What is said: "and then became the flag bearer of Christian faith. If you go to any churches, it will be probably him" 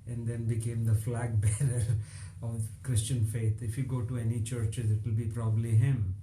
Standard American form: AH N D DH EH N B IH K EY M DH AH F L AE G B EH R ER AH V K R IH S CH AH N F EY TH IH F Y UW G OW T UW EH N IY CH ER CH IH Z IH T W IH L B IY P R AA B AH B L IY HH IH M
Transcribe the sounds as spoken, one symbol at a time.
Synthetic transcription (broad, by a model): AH N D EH N B IH K EY M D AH F L AE G B EH R ER AH V K R IH S CH AH N F EY T IH F Y UW G OW T UW EH N IY CH ER CH IH Z IH T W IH L B IY P R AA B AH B L IY HH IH M